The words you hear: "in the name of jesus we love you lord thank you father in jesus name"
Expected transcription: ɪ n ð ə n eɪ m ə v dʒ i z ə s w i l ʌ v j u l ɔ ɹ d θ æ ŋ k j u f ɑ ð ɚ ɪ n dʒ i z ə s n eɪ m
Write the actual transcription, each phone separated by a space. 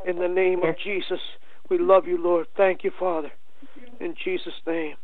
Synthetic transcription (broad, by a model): ɪ n ð ə n eɪ m ə v dʒ i z ə s w i l ʌ v j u l ɔ ɹ d θ æ ŋ k j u f ɑ ð ɚ ɪ n dʒ i z ə s n eɪ m